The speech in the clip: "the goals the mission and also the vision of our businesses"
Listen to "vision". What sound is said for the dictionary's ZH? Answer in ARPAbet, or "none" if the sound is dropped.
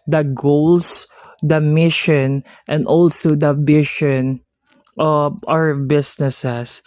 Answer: SH